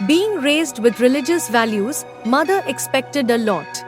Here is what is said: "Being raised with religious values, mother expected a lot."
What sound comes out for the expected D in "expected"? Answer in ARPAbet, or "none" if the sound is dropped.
D